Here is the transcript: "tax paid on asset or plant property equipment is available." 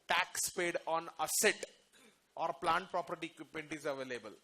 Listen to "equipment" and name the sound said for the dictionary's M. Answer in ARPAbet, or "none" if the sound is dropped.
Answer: none